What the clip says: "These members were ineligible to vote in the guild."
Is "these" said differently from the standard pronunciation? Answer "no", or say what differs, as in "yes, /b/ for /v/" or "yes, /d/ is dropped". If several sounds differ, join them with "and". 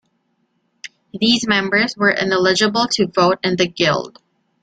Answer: no